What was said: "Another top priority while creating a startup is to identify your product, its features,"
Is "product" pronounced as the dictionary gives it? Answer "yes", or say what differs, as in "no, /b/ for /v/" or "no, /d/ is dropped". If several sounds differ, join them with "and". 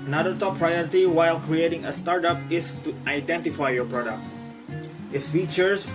yes